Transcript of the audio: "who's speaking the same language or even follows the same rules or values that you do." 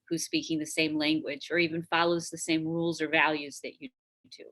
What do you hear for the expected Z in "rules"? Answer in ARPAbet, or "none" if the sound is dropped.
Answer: Z